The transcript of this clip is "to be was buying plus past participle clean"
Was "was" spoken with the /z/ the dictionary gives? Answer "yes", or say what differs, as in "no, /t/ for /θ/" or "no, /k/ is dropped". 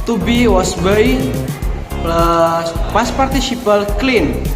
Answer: no, /s/ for /z/